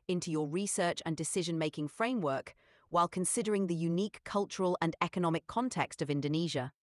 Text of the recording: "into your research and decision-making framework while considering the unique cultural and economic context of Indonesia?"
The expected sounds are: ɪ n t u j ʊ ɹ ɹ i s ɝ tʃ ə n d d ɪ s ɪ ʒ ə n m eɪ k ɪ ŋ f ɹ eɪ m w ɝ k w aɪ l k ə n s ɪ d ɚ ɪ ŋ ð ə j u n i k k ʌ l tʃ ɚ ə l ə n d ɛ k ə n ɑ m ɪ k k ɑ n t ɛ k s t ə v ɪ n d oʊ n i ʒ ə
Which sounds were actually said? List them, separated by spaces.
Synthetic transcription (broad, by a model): ɪ n t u j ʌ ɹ ɹ i s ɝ tʃ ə n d d ɪ s ɪ ʒ ə n m eɪ k ɪ ŋ f ɹ eɪ m w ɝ k w aɪ l k ə n s ɪ d ɚ ɪ ŋ ð ə j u n i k k ʌ l tʃ ɚ ə l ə n ɛ k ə n ɑ m ɪ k k ɑ n t ɛ k s t ə v ɪ n d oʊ n i ʒ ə